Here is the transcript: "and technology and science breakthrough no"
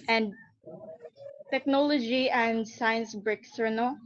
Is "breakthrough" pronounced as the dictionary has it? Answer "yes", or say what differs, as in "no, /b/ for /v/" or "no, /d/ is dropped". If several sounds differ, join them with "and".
no, /s/ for /θ/